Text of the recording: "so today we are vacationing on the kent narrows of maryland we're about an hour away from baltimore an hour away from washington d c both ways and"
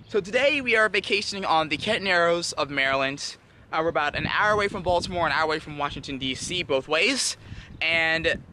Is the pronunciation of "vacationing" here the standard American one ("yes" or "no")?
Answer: yes